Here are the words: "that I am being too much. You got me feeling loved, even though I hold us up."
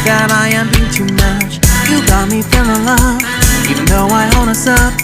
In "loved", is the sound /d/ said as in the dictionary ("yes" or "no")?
no